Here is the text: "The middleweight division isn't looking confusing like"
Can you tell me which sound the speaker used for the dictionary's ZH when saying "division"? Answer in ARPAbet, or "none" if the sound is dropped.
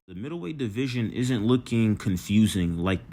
ZH